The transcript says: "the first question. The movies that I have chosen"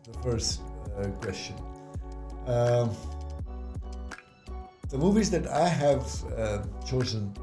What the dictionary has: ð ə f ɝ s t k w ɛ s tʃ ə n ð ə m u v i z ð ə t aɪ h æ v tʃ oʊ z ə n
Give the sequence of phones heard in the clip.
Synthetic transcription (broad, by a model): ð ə f ɝ s t k w ɛ s tʃ ə n ð ə m u v i z ð ə t aɪ h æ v tʃ oʊ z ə n